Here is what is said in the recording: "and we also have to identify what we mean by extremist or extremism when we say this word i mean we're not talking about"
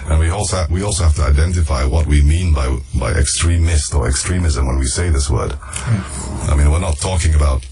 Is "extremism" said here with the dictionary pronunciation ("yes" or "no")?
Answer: yes